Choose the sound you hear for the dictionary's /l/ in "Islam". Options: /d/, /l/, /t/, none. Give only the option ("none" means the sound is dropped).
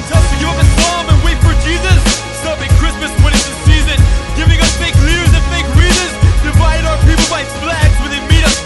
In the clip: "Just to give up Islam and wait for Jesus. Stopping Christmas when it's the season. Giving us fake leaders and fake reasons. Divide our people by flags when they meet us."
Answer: none